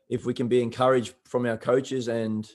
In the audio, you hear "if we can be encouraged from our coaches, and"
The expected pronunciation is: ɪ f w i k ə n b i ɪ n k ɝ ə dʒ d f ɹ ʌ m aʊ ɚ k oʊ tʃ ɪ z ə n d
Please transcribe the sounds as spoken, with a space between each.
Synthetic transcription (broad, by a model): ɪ f w i k ə n b i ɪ n k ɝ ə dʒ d f ɹ ʌ m aʊ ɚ k oʊ tʃ ɪ z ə n